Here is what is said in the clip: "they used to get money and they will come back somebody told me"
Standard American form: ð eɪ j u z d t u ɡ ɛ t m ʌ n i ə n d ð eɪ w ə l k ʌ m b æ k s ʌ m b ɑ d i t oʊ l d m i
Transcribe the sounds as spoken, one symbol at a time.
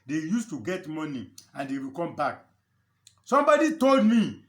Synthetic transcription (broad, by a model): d eɪ j u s t u ɡ ɛ t m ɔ n i ə n d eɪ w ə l k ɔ m b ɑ k s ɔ m b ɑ d i t oʊ l d m i